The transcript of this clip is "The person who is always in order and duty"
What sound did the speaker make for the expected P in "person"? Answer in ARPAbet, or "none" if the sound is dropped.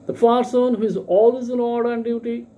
F